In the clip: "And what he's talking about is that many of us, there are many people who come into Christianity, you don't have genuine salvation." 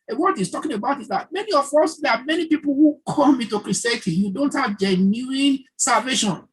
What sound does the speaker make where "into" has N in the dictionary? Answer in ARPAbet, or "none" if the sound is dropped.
none